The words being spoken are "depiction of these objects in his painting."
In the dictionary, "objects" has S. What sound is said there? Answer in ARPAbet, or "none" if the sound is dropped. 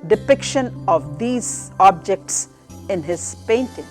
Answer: S